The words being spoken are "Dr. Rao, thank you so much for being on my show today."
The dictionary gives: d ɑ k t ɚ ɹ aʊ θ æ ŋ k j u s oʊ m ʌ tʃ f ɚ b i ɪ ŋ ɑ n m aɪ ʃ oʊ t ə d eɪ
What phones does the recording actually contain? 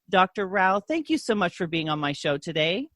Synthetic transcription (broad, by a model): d ɑ k t ɚ ɹ aʊ θ æ ŋ k j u s oʊ m ʌ tʃ f ɚ b i ɪ ŋ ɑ n m aɪ ʃ oʊ t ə d eɪ